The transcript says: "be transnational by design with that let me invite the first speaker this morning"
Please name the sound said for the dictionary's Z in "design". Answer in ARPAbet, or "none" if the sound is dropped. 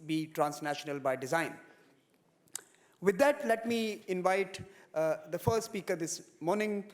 Z